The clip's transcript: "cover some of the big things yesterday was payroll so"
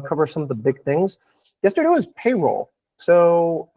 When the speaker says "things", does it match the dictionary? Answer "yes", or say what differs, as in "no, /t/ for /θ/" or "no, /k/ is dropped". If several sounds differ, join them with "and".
yes